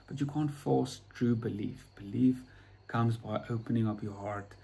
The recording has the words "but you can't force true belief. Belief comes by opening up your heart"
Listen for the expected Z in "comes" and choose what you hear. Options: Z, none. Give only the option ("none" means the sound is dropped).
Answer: Z